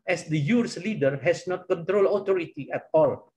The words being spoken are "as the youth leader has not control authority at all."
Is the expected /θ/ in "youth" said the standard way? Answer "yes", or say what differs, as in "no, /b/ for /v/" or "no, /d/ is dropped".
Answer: no, /s/ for /θ/